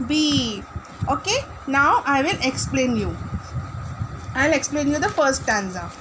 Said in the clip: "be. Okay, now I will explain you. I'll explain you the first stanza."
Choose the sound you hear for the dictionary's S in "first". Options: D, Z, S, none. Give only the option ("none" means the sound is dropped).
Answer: none